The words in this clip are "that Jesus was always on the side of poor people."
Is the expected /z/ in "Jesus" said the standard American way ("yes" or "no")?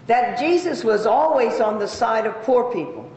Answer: yes